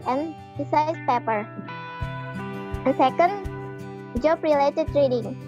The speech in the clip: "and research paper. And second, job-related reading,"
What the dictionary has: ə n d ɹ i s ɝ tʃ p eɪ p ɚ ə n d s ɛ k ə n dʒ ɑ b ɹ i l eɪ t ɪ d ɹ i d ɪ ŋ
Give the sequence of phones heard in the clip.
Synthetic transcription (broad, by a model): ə n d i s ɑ s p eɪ p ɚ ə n s ɛ k ə n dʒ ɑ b ɹ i l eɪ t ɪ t ɹ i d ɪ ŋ